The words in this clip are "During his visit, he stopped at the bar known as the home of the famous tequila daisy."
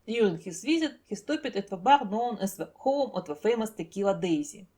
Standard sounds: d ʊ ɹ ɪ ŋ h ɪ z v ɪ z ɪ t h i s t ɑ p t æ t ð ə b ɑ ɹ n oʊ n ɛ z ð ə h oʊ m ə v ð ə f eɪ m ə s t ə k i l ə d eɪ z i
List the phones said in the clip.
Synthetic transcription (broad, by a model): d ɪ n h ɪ s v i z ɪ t h i s t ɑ p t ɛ t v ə b ɑ ɹ n oʊ n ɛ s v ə h oʊ m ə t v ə f eɪ m ə s t ə k i l ə d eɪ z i